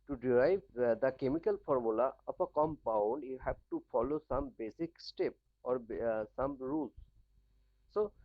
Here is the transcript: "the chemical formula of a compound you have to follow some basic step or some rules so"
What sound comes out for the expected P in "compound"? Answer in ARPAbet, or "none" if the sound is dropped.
P